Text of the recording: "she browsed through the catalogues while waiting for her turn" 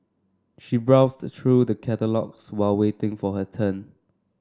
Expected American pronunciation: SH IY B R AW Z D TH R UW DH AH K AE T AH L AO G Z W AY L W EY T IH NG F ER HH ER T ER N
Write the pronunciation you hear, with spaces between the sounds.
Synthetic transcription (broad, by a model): SH IY B R AW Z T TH R UW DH AH K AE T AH L AO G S W AY L W EY T IH NG F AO HH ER T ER N